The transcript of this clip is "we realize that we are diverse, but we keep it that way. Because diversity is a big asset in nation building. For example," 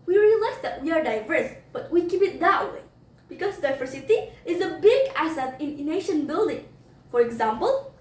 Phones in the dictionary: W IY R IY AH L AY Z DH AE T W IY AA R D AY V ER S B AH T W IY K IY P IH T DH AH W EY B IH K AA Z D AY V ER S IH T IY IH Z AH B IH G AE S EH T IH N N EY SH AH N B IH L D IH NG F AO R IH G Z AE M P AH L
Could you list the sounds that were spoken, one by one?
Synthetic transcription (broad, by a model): W IY R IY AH L AY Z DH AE T W IY AA R D AY V ER S B AH T W IY K IY P IH T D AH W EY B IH K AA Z D AY V ER S IH T IY IH Z AH B IH G AE S EH T IH N N EY SH AH N B IH L D IH NG F AO R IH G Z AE M P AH L